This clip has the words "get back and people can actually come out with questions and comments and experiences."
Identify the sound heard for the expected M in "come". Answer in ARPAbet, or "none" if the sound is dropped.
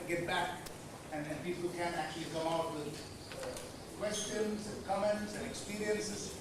none